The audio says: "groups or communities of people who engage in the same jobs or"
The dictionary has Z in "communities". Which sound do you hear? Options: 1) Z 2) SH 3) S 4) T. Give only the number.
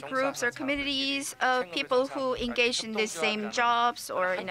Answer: 1